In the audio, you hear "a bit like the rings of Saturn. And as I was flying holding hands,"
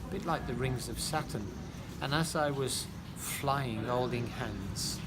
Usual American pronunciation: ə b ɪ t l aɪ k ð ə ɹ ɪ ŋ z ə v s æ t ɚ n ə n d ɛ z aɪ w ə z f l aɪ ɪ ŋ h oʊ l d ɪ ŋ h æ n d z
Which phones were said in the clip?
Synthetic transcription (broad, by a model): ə b ɪ t l aɪ k ð ə ɹ ɪ ŋ z ə v s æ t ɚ n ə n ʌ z aɪ w ə z f l aɪ ɪ ŋ oʊ l d ɪ ŋ h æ n d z